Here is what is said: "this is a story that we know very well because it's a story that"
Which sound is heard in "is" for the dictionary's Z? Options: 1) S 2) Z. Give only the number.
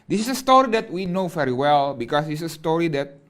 1